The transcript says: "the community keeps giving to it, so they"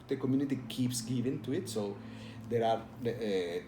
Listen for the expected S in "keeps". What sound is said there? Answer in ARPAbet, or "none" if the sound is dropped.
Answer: S